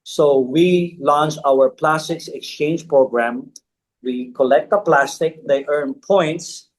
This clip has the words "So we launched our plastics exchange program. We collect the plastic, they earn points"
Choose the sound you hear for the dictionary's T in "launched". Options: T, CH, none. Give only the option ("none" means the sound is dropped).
none